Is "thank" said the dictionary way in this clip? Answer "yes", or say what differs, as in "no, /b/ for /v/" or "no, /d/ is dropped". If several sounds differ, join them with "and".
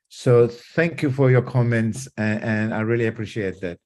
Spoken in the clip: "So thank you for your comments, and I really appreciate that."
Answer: yes